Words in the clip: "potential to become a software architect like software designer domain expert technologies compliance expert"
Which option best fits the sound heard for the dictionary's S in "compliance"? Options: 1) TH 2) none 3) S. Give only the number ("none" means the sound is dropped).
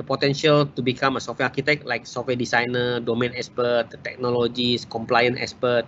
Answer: 2